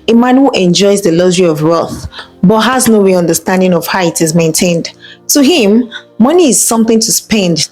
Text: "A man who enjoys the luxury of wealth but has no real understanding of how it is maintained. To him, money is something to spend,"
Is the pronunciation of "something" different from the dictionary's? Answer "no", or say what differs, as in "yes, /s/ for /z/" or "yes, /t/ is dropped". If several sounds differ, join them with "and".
no